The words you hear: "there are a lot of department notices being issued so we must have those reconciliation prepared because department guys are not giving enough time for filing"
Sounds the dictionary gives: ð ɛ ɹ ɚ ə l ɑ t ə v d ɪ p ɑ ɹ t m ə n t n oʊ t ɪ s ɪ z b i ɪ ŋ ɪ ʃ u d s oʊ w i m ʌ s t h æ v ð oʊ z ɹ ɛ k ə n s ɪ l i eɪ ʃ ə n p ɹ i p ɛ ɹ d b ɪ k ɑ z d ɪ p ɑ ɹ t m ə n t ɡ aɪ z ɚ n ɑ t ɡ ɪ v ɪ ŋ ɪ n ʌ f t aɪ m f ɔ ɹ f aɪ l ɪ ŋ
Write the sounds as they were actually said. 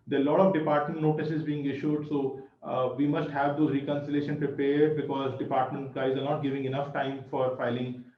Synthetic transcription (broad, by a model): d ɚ ə l ɑ t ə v d ɪ p ɑ ɹ t m ə n t n oʊ t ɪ s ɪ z b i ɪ ŋ ɪ ʃ u d s oʊ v i m ʌ s t h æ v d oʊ ɹ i k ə n s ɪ l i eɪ ʃ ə n p ɹ i p ɛ ɹ d b ɪ k ɑ z d ɪ p ɑ ɹ t m ə n t ɡ aɪ z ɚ n ɑ t ɡ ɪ v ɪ ŋ ɪ n ʌ f t aɪ m f ɔ ɹ f aɪ l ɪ ŋ